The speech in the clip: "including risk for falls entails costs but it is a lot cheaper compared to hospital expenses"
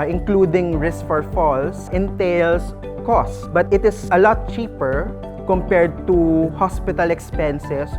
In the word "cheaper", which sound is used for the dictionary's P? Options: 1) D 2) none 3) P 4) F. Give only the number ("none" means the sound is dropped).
3